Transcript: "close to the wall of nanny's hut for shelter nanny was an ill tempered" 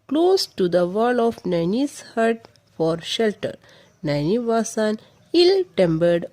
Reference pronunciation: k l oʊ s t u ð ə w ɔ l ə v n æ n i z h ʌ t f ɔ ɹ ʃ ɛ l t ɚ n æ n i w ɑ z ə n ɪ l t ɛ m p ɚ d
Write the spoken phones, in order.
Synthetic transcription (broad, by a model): k l oʊ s t u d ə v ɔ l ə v n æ n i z h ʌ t f ɔ ɹ ʃ ɛ l t ɚ n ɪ n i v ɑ s ə n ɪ l t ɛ m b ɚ d